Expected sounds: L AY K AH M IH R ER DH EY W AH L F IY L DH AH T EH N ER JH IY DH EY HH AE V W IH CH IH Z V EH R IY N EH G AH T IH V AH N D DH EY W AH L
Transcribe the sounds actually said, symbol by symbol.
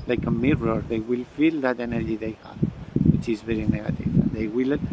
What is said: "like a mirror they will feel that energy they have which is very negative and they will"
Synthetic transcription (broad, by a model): L AY K AH M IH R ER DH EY W AH L F IY L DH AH T EH N ER JH IY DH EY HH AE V W IH CH IH Z V EH R IY N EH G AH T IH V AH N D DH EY W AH L